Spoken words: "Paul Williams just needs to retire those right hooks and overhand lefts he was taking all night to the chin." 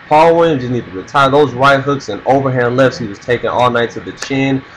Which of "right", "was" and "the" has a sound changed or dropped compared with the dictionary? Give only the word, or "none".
right